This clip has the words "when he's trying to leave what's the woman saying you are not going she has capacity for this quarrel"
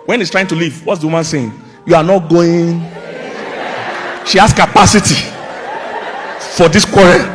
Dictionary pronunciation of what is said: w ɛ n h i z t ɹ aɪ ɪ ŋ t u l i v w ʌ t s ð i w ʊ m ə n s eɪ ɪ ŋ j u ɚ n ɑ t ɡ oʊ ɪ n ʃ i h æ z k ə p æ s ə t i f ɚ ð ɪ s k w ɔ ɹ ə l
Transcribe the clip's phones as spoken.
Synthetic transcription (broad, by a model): w ɛ n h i s t ɹ aɪ ɪ ŋ t u l i v w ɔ t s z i w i m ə n s eɪ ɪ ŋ j u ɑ n ɑ t ɡ oʊ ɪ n ʃ i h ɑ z k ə p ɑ s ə t i f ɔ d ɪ s k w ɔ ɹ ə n